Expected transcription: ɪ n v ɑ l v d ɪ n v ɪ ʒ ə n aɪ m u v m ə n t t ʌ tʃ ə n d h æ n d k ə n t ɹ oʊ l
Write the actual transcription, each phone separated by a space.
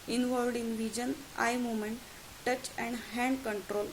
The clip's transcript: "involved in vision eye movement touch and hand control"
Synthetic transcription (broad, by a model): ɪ n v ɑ l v d ɪ n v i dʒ ə n aɪ m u m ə n t t ʌ tʃ ə n d h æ n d k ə n t ɹ oʊ l